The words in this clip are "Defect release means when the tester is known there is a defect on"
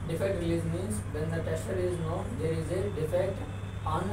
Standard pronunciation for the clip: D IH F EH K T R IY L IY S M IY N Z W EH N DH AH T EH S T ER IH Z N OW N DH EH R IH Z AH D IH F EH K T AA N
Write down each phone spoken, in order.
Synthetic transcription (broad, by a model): D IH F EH K T R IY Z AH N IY Z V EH N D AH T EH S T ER IH Z N OW N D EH R IH Z AH D IH F EH K T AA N